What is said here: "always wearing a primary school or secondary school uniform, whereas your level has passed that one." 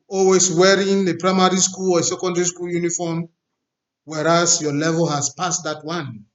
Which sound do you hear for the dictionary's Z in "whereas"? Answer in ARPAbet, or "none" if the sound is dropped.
S